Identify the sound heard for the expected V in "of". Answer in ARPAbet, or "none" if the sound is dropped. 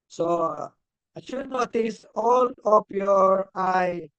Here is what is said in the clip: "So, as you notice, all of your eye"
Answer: P